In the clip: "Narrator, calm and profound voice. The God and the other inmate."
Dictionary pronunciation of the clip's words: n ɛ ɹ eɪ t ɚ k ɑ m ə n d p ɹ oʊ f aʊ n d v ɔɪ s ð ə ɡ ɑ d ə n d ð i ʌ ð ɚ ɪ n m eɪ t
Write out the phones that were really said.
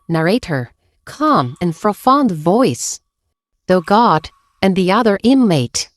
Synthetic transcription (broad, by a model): n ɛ ɹ eɪ t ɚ k ɑ m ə n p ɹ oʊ f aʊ n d v ɔɪ s ð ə ɡ ɑ d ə n ð i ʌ ð ɚ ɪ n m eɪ t